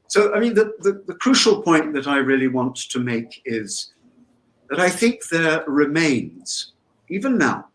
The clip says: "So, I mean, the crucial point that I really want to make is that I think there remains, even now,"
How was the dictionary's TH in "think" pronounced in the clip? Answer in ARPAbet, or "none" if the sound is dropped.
TH